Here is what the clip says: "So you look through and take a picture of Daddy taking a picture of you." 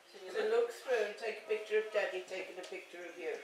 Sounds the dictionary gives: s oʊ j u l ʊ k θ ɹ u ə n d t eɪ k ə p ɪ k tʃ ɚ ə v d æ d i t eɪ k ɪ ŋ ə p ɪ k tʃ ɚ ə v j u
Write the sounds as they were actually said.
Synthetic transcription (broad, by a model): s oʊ l ʊ k s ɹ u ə n t eɪ k ə p ɪ k tʃ ɚ ə v d æ d i t eɪ k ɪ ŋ ə p ɪ k tʃ ɚ ə v j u